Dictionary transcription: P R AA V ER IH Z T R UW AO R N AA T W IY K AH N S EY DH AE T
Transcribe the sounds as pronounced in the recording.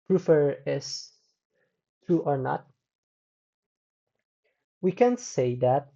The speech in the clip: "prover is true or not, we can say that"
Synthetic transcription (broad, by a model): P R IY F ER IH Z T UW AO R N AA T W IY K AH N S EY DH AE T